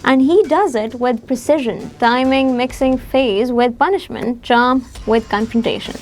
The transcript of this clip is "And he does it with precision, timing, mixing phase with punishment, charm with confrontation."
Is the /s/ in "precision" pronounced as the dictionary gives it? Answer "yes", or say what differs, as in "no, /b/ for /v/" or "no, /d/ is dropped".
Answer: yes